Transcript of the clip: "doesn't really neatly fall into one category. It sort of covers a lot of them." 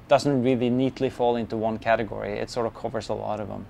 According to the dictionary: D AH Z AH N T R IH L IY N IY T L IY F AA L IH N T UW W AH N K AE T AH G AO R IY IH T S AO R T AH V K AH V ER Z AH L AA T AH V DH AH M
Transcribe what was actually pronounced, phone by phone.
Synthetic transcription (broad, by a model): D AH Z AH N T R IH L IY N IY T L IY F AA L IH N T UW W AH N K AE T AH G AO R IY IH T S AO R T AH V K AH V ER Z AH L AA T AH V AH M